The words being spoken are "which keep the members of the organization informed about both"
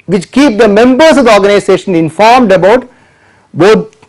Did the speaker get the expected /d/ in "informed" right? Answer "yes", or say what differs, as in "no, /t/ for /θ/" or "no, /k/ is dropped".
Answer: yes